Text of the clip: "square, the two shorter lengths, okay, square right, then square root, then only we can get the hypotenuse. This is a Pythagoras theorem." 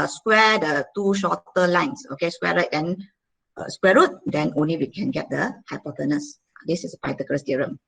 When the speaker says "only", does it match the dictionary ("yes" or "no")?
yes